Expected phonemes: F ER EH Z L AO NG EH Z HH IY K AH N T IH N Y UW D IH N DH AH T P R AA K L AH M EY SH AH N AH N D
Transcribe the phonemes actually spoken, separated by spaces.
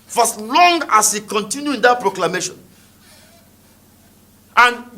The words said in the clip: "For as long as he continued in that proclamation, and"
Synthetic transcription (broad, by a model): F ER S L AO NG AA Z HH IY K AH N T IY N Y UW IH N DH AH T P R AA K L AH M EY SH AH N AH N